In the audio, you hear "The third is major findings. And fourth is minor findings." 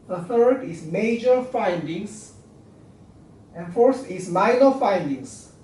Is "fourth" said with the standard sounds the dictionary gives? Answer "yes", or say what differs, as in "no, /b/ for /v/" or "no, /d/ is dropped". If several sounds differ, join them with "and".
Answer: no, /t/ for /θ/